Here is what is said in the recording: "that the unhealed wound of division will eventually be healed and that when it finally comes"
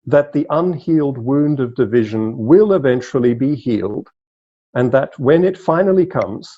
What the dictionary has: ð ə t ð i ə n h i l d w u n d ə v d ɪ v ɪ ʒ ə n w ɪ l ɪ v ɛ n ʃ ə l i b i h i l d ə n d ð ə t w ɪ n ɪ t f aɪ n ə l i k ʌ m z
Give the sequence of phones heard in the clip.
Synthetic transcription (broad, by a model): ð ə t ð i ə n h i l d w u n d ə v d ɪ v ɪ ʒ ə n w ɪ l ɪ v ɛ n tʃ l i b i h i l d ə n ð ə t w ɪ n ɪ t f aɪ n l i k ʌ m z